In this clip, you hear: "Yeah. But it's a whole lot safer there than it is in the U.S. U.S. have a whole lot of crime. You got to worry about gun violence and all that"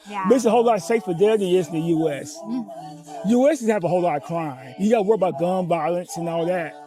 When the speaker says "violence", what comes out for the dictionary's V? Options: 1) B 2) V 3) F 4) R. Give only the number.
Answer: 1